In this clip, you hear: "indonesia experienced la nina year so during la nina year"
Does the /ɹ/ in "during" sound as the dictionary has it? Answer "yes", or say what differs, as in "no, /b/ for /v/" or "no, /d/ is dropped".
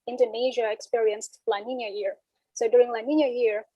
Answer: yes